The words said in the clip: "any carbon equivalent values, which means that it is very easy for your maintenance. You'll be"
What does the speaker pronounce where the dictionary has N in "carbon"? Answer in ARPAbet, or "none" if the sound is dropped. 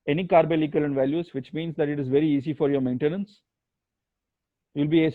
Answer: L